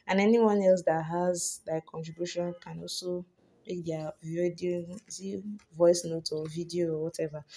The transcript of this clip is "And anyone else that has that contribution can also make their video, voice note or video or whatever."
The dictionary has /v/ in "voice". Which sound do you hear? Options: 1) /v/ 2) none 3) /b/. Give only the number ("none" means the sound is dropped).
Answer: 1